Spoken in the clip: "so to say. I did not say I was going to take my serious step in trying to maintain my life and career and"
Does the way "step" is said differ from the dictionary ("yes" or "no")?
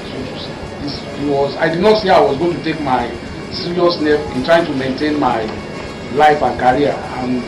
yes